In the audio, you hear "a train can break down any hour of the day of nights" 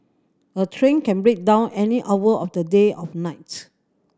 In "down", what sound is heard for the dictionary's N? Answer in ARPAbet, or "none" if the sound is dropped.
N